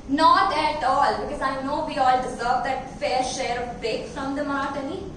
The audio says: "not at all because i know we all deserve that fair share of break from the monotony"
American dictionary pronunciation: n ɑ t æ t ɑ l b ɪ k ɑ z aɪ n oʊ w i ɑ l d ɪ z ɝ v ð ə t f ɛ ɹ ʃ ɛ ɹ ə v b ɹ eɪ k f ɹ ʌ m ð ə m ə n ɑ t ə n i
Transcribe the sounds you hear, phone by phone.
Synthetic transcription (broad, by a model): n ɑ t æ t ɑ l b ɪ k ɑ z aɪ n oʊ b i ɑ l d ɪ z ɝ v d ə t f ɛ ɹ ʃ ɛ ɹ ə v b eɪ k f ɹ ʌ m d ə m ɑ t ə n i